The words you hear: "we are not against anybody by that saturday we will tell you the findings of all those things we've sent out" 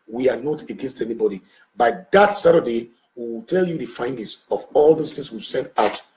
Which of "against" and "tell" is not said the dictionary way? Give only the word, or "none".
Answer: none